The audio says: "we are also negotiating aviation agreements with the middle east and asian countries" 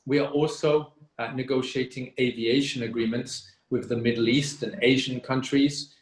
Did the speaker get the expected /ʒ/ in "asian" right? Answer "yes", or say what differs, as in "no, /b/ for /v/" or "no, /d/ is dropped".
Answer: yes